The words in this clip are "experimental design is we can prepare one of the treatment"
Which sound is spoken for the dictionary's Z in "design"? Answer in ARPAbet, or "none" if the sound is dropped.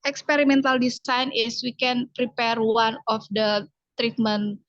S